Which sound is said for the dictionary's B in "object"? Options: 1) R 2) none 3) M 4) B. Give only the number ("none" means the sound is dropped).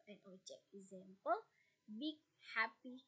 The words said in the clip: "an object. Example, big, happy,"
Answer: 2